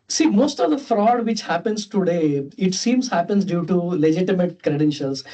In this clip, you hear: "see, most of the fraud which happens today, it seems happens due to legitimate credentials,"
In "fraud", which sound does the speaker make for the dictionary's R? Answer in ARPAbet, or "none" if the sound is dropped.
R